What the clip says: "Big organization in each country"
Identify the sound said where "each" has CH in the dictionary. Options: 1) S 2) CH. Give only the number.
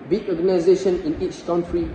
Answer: 2